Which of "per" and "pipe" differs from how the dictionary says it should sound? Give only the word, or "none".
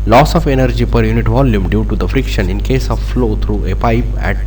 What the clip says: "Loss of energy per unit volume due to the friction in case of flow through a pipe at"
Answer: none